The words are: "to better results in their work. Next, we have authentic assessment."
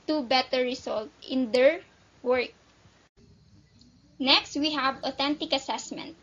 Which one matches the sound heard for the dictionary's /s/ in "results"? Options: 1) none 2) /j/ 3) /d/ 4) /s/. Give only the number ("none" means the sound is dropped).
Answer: 1